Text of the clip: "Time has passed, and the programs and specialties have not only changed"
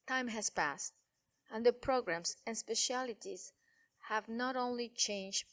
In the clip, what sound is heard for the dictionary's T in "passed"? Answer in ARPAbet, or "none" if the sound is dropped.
T